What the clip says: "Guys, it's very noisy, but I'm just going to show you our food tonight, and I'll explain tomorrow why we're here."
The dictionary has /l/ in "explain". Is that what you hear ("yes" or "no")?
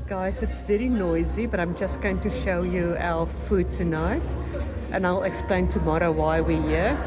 yes